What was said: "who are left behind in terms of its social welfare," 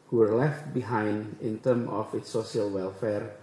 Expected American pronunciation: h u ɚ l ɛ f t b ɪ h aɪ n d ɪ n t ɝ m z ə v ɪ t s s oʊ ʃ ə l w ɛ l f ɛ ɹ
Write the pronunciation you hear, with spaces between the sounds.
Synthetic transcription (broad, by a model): h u ɚ l ɛ f t b ɪ h aɪ n d ɪ n t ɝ m ə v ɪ t s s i ə l w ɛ l f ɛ ɹ